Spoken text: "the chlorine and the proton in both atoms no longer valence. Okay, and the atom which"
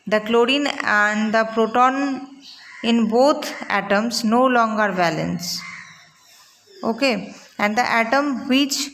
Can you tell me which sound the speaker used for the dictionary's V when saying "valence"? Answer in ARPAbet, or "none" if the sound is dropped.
B